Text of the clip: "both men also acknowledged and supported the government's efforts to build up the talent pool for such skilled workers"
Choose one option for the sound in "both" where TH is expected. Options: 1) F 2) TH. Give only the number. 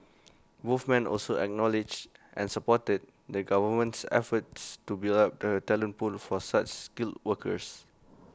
1